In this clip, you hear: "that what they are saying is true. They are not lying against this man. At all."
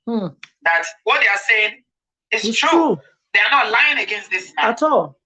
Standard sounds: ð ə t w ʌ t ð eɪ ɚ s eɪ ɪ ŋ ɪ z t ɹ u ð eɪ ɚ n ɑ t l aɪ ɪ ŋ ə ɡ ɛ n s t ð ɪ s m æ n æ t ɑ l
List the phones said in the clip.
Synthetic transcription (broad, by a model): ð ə t w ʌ t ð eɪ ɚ s eɪ ɪ ŋ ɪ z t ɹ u ð eɪ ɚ n ɑ t l aɪ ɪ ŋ ə ɡ ɛ n s t ð ɪ s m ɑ ɑ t ɑ l